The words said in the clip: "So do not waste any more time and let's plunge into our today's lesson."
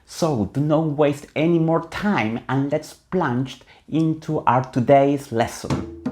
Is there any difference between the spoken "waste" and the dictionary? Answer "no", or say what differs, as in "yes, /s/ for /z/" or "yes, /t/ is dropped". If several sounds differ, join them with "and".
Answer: no